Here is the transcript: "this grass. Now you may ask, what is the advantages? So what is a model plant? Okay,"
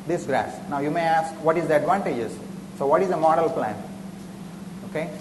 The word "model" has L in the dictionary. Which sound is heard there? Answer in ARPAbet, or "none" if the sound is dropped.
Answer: L